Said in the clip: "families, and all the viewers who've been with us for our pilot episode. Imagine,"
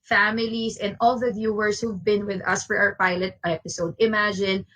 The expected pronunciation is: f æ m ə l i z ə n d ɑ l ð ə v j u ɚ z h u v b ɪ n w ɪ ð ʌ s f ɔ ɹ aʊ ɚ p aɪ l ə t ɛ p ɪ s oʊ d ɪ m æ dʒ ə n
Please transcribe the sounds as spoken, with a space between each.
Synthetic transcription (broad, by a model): f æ m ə l i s ə n d ɑ l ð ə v j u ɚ s h u v b ɪ n w ɪ ð ʌ s f ɔ ɹ aʊ ɚ p aɪ l ə t ɛ p ɪ s oʊ d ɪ m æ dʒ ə n